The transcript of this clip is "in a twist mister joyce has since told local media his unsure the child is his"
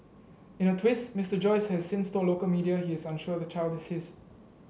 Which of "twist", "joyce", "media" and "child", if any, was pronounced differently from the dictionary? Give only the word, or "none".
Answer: none